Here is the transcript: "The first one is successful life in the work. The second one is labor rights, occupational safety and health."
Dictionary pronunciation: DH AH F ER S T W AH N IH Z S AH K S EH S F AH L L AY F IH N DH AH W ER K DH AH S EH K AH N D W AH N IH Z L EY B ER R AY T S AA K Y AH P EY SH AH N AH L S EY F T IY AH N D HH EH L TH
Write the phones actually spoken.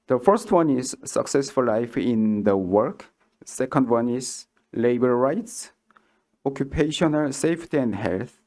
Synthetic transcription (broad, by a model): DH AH F ER S T W AH N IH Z S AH K S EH S F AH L L AY F IH N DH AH W ER K S EH K AH N D W AH N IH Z L EY B ER R AY T S AA K Y AH P EY SH AH N AH L S EY F T IY AH N D HH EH L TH